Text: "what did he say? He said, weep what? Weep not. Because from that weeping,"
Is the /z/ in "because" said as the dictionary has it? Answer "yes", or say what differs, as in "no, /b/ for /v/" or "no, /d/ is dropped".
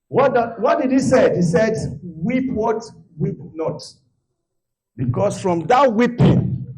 no, /s/ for /z/